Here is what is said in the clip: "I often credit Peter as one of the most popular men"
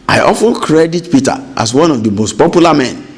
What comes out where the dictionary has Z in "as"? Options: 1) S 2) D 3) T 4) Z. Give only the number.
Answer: 1